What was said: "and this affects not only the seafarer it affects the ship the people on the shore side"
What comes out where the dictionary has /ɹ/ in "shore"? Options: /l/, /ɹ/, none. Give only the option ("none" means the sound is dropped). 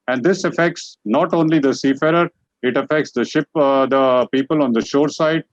/ɹ/